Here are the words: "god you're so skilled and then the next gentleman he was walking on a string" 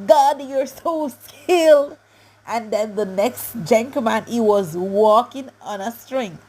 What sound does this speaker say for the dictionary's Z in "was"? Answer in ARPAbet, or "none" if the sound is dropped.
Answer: Z